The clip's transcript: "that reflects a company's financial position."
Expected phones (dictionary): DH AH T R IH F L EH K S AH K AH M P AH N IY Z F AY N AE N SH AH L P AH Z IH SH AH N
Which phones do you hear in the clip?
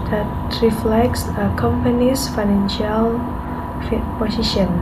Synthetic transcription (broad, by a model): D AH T R IH F L EH K S AH K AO M P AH N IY S F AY N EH N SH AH L P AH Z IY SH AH N